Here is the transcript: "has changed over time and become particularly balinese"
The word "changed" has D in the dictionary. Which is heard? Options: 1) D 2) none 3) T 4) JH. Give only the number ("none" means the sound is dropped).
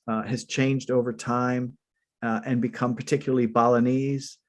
1